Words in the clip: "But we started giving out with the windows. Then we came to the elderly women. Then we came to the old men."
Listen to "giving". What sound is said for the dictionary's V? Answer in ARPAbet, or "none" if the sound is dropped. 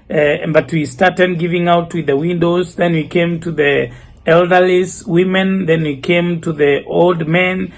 V